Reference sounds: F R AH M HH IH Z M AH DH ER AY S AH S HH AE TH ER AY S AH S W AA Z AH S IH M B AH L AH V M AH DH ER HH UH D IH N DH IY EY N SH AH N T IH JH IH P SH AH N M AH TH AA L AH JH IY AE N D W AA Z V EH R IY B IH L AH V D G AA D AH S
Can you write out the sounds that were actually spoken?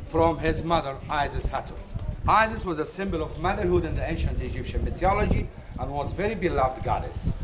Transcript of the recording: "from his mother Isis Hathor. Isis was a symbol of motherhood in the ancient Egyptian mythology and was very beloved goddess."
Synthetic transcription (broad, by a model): F R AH M HH IH Z M AH DH ER AY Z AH S HH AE T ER AY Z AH S W AA Z AH S IH M B AH L AH V M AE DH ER HH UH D IH N DH IY EY N SH AH N T IH JH IH P SH AH N M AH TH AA L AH JH IY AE N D W AA Z V EH R IY B IH L AH V D G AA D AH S